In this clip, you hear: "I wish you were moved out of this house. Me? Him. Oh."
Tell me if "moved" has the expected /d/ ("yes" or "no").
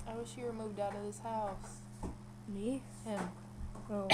yes